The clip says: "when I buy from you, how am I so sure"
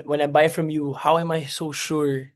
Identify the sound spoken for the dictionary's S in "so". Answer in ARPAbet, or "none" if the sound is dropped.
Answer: S